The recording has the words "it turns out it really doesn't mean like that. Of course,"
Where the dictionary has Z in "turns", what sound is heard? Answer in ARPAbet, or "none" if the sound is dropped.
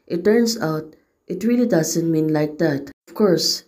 S